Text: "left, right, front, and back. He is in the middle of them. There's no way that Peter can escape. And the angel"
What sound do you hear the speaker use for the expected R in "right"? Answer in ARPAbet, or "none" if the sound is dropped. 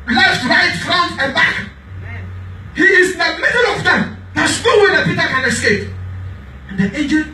R